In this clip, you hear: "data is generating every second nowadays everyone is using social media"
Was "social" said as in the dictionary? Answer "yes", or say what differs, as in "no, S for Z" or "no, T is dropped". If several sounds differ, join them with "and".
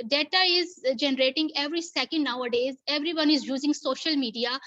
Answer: yes